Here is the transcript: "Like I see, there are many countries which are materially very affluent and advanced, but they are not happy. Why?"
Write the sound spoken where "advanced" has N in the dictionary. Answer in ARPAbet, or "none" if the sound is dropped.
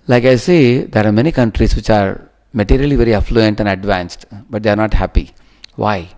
N